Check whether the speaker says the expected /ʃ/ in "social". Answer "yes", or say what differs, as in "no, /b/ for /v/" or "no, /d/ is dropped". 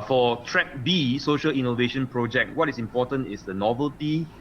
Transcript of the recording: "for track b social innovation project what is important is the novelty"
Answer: yes